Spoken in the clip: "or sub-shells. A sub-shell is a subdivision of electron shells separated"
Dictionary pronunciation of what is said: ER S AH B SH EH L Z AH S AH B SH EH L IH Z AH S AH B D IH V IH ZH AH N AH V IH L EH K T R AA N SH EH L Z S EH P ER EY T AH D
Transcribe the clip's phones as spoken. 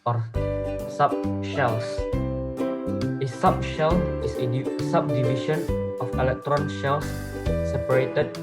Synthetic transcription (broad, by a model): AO S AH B SH EH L S AH S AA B SH EH L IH S AH S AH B D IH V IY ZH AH N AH F IH L EH K T R AA N SH EH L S S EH P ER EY T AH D